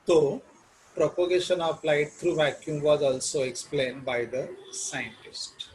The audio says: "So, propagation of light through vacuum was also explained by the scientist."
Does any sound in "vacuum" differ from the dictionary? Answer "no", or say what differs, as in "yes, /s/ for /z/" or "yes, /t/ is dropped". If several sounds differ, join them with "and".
no